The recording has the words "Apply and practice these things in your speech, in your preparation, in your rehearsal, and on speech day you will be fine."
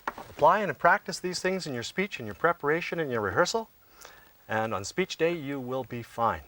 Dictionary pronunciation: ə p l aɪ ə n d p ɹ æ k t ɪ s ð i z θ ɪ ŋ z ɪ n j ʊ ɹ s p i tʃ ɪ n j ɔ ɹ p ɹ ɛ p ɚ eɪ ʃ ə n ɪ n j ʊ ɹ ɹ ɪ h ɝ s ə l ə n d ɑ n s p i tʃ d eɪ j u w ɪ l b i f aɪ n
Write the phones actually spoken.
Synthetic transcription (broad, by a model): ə p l aɪ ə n p ɹ æ k t ɪ s ð i z θ ɪ ŋ z ɪ n j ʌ ɹ s p i tʃ ɪ n j ɔ ɹ p ɹ ɛ p ɚ eɪ ʃ ə n ɪ n j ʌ ɹ ɹ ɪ h ɝ s l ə n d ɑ n s p i tʃ d eɪ j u w ɪ l b i f aɪ n